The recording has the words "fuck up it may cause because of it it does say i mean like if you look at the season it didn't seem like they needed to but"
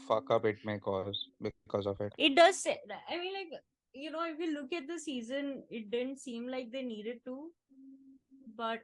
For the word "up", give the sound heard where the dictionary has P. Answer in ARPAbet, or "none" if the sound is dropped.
B